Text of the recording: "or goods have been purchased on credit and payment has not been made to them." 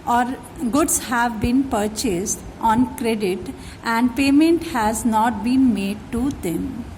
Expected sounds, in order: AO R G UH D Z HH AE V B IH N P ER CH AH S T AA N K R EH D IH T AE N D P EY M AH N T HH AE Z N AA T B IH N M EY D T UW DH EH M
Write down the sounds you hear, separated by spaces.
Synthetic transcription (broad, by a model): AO R G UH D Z HH AE V B IH N P ER CH AH S T AA N K R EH D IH T AE N D P EY M AH N T HH AE Z N AA T B IH N M EY D T UW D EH M